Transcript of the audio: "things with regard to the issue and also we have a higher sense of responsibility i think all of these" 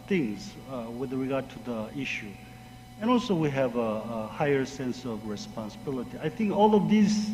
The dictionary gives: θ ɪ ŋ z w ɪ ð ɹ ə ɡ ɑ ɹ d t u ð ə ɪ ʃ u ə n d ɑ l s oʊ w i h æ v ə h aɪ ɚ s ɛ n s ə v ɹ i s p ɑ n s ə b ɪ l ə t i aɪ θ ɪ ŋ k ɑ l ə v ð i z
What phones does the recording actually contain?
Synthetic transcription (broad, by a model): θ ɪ ŋ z w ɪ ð ɹ ə ɡ ɑ ɹ d t u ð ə ɪ ʃ u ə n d ɑ l s oʊ w i h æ v ə h aɪ ɚ s ɛ n s ə v ɹ i s p ɑ n s ə b ɪ l ə t i aɪ θ ɪ ŋ k ɑ l ə v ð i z